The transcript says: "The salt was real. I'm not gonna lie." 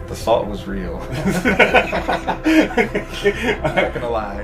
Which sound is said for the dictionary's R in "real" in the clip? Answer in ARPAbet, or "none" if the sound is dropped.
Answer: R